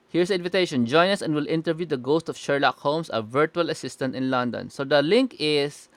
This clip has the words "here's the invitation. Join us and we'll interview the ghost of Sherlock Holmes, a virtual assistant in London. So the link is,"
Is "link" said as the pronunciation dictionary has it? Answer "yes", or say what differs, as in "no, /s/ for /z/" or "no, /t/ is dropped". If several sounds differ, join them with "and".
yes